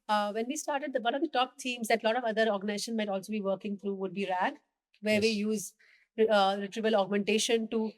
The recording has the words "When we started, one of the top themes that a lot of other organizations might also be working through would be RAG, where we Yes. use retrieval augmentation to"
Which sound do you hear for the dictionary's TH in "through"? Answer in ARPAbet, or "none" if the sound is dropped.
T